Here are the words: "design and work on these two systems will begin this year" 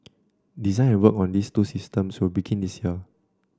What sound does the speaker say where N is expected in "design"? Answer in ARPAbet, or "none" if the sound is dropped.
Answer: none